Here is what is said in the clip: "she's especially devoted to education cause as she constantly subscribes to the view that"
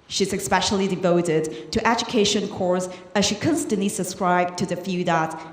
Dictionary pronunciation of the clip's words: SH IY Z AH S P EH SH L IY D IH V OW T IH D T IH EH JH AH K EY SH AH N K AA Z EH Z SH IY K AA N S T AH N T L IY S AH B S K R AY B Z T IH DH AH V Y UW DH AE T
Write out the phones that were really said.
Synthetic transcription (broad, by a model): SH IY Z AH S P EH SH L IY D IH V OW T IH D T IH EH JH AH K EY SH AH N K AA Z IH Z SH IY K AA N S T AH N T L IY S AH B S K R AY B T IH DH AH F Y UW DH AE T